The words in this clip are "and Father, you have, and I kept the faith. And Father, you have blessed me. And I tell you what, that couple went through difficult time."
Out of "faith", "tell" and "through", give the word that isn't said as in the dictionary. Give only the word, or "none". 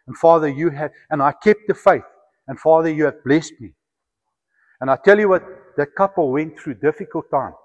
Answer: none